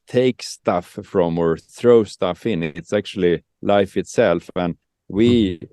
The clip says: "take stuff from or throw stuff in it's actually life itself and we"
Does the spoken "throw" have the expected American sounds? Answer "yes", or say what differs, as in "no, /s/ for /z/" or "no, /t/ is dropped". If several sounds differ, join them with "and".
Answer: yes